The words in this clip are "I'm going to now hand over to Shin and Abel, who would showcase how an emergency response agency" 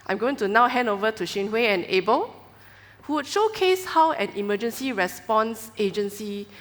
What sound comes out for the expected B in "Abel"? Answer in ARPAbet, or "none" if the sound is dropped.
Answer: B